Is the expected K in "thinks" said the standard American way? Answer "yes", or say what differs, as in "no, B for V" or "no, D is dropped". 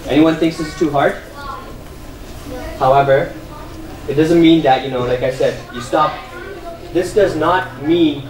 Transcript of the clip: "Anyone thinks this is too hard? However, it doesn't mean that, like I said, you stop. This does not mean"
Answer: yes